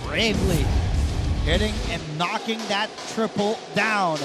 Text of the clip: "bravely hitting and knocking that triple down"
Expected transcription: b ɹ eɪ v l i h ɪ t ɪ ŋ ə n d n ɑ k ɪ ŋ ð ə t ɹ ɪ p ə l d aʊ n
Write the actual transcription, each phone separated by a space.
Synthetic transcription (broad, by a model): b ɹ eɪ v l i h ɪ t ɪ ŋ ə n n ɑ k ɪ ŋ ð ə t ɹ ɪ p l d aʊ n